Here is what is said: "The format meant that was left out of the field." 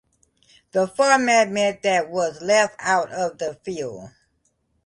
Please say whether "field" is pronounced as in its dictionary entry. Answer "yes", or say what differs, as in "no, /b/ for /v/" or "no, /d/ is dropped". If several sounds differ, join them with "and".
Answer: yes